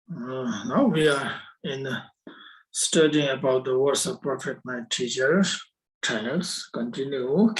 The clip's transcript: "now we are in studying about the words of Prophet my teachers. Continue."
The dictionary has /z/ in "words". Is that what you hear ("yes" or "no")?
no